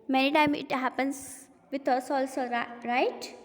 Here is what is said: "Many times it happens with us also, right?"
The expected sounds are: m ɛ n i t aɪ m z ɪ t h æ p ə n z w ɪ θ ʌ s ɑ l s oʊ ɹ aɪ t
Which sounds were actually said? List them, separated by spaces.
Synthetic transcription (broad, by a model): m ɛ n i t aɪ m ɪ t h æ p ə n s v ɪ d ʌ s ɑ l s oʊ ɹ aɪ t